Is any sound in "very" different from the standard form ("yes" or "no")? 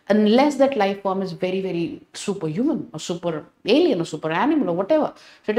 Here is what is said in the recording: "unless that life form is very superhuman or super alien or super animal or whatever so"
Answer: no